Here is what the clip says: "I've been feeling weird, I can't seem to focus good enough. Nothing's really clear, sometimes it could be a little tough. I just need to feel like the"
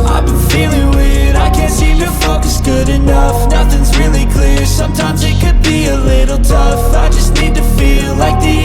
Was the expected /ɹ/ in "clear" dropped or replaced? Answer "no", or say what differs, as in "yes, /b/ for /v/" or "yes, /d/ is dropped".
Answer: no